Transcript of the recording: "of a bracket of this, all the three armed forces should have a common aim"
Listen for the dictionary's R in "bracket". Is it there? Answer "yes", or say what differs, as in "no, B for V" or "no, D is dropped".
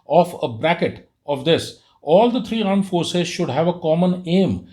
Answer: yes